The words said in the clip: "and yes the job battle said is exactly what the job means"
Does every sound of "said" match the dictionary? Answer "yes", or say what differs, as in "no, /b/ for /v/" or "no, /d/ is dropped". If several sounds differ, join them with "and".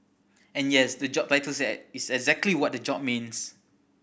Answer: no, /d/ is dropped